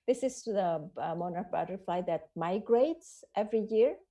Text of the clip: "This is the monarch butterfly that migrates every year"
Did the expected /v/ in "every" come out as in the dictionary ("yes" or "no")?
yes